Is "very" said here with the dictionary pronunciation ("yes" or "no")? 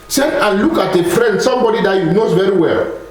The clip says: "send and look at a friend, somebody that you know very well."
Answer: yes